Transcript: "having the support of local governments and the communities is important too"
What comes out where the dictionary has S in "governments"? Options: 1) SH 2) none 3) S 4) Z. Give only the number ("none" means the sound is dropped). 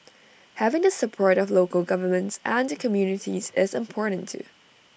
3